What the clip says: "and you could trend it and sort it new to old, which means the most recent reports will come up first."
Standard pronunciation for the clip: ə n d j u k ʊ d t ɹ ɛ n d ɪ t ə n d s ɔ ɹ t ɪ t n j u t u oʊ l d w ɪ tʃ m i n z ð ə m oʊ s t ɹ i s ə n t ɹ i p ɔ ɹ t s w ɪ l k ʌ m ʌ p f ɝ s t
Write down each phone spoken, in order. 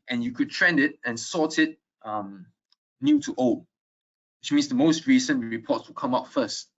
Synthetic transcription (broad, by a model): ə n j u k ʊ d t ɹ ɛ n d ɪ t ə n s ɔ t t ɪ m n j u t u oʊ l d w ɪ tʃ m i n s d ə m oʊ s t ɹ i s ə n ɹ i p ɔ t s w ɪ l k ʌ m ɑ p f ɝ s t